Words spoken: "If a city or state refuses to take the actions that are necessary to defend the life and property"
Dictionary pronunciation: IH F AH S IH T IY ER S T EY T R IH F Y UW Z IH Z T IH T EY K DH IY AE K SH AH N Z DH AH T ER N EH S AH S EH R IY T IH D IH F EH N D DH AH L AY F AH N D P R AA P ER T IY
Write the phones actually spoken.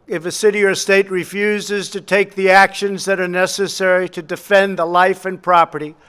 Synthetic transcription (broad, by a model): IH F AH S IH T IY ER S T EY T R IH F Y UW Z IH Z T IH T EY K DH IY AE K SH AH N Z DH AH T ER N EH S AH S EH R IY T IH D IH F EH N DH AH L AY F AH N P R AA P ER T IY